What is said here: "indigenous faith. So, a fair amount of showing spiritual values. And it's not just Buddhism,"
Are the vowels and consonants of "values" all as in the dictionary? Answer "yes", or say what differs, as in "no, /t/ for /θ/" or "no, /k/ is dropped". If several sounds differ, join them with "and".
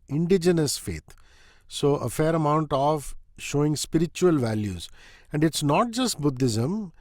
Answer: yes